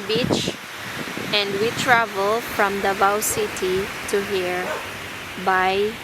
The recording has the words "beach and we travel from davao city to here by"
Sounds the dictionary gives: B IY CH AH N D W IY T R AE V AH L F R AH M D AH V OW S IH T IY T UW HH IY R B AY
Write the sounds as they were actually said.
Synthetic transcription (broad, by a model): B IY CH AH N D W IY T R AE V AH L F R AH M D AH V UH S IH T IY T UW HH IY R B AY